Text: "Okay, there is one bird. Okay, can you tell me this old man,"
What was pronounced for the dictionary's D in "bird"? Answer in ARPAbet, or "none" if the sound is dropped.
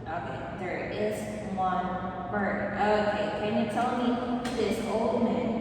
none